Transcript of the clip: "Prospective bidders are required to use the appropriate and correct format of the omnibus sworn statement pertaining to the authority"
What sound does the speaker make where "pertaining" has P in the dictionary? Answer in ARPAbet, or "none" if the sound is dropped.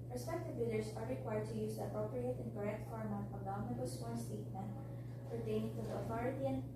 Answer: F